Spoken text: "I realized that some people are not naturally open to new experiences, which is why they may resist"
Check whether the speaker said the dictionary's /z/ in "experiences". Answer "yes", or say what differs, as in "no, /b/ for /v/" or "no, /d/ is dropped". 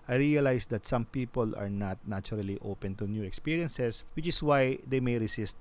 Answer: no, /s/ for /z/